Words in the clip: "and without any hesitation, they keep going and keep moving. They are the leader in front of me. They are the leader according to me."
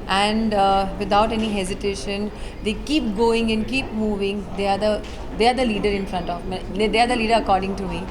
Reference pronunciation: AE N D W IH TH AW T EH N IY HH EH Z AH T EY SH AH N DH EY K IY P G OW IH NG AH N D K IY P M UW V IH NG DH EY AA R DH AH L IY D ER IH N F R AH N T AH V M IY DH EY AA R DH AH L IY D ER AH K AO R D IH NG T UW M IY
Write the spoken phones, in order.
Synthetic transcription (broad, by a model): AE N D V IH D AW T EH N IY HH EH Z AH T EY SH AH N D EY K IY P G OW IH NG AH N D K IY P M UW V IH NG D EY AA R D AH L IY D ER IH N F R AH N T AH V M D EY AA R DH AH L IY D ER AH K AO R D IH NG T UW M IY